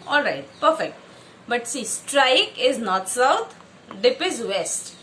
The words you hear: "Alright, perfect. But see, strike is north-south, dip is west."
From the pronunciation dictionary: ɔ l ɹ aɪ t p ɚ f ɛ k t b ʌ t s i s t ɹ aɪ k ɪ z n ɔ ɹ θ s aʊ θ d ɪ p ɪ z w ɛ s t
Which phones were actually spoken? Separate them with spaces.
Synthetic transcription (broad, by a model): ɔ l ɹ aɪ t p ɚ f ɛ k t b ʌ t s i s t ɹ aɪ k ɪ z n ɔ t s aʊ t d ɪ p ɪ z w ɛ s t